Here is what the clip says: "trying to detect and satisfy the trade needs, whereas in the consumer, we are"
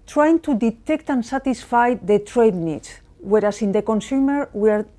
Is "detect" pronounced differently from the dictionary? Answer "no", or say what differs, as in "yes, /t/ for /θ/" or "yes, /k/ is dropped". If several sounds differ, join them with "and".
no